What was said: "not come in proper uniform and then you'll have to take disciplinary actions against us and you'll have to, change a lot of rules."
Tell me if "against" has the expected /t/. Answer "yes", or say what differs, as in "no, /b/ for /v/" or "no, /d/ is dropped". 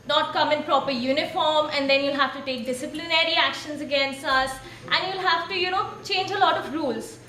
yes